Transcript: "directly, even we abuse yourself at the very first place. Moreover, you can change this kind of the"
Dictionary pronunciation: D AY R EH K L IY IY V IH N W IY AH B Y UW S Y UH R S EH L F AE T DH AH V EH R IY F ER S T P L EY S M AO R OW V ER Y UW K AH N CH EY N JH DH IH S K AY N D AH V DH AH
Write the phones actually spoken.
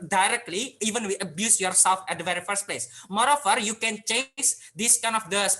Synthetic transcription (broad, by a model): D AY R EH K L IY IY V IH N W IY AH B Y UW S Y UH R S EH L F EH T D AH V EH R IY F ER S T P L EY S M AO R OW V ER Y UW K AH N CH EY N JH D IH S K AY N AH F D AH